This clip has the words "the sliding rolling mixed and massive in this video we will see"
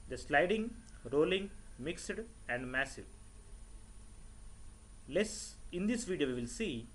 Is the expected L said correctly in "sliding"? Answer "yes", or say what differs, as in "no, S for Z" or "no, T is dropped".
yes